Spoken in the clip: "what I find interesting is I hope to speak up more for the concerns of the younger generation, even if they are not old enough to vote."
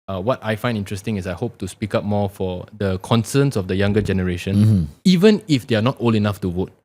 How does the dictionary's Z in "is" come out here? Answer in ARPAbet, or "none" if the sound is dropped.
S